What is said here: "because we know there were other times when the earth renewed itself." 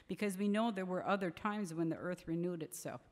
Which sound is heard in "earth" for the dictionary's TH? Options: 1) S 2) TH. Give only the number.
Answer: 2